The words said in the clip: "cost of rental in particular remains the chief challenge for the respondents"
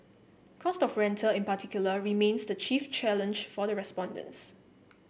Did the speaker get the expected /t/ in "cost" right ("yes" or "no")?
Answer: yes